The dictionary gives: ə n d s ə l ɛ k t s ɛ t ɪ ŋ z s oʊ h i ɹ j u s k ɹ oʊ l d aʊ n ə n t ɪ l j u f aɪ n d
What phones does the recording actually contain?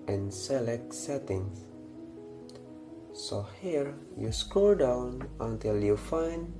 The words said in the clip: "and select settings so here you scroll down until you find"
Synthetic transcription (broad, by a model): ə n s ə l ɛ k s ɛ t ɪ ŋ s s oʊ h i ɹ j u s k oʊ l d aʊ n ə n t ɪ l j u f aɪ n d